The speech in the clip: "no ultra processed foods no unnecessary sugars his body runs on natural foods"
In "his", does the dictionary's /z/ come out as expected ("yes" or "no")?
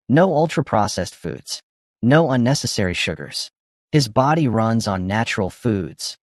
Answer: yes